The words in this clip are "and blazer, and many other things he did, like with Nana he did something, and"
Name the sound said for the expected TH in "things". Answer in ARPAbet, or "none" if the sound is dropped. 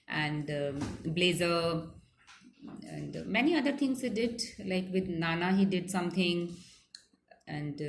T